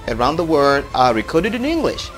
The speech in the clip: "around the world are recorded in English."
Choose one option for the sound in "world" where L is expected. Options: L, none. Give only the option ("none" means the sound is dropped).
none